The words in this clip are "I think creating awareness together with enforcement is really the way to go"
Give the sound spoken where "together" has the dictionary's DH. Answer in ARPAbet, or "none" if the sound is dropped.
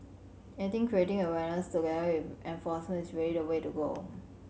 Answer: none